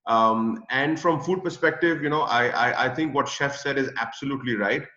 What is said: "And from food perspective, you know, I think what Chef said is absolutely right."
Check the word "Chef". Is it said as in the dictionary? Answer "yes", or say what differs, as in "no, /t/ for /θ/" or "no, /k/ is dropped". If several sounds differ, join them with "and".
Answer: yes